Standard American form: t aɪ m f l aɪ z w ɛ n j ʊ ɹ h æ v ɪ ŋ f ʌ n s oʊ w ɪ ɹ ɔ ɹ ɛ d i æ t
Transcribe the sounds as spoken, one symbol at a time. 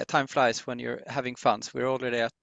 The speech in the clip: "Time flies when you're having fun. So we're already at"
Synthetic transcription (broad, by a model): t aɪ m f l aɪ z w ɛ n j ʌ ɹ h æ v ɪ ŋ f ʌ n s w ɪ ɹ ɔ l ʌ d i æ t